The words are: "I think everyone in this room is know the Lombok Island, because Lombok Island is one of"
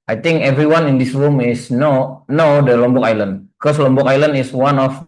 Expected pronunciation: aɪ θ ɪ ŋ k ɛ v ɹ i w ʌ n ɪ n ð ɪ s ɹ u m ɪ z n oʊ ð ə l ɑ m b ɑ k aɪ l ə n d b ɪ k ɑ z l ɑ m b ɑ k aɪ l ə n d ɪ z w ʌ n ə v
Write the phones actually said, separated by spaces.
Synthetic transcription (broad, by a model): aɪ t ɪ ŋ k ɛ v ɹ i w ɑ n ɪ n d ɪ s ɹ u m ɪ s n oʊ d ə l ɑ m b ɑ k aɪ l ə n d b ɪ k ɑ s l ɑ m b ɑ k aɪ l ə n d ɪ s w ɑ n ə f